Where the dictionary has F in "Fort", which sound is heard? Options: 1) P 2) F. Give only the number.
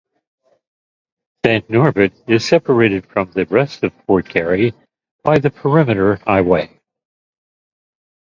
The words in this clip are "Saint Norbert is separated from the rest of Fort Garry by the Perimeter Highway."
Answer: 1